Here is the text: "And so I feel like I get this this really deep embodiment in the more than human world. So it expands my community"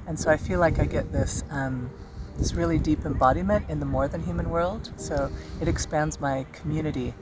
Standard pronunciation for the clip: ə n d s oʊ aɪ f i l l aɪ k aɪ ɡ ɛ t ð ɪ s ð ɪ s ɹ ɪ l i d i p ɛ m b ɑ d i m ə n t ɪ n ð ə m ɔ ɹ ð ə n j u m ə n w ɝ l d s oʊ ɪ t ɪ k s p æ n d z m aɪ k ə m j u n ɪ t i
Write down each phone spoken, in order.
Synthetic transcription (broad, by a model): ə n s oʊ aɪ f i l l aɪ k aɪ ɡ ɛ t ð ɪ s ð ɪ s ɹ ɪ l i d i p ɛ m b ɑ d i m ə n t ɪ n ð ə m ɔ ɹ ð ə n j u m ə n w ɝ l d s oʊ ɪ t ɪ k s p æ n d z m aɪ k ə m j u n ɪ t i